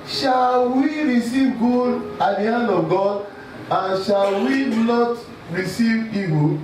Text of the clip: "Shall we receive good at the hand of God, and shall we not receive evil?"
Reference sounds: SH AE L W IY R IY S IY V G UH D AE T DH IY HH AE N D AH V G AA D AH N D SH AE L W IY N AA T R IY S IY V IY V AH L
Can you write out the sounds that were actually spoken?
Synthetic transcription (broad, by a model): SH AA L W IY R IY S IY V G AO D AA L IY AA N AH G AA D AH N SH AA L W IY N AA T R IY S IY V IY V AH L